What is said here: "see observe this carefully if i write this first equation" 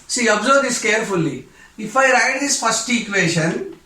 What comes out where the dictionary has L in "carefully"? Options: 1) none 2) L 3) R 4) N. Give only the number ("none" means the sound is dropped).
2